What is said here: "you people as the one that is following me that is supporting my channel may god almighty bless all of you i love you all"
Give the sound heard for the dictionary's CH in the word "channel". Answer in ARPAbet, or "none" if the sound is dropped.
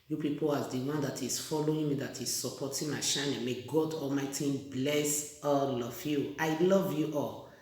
SH